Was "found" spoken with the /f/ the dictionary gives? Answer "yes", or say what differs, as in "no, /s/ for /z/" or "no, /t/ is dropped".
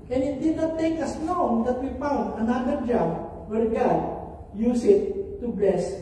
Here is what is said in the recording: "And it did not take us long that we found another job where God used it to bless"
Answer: no, /p/ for /f/